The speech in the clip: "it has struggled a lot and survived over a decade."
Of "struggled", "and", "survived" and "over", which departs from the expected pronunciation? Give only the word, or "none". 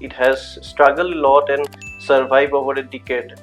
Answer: survived